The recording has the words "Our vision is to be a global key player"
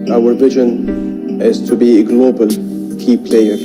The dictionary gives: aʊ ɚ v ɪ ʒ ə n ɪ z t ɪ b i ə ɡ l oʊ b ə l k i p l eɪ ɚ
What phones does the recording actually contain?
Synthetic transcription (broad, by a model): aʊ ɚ v ɪ ʒ ə n ɪ z t ɪ b i ɡ l oʊ b ə l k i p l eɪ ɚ